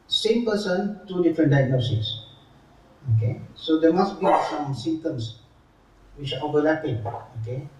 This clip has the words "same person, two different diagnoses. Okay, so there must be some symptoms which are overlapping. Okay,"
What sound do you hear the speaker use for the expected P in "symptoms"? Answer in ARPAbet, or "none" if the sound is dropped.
none